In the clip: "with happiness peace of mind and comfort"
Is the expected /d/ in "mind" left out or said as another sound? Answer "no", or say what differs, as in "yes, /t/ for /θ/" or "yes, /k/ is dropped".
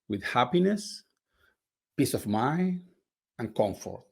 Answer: yes, /d/ is dropped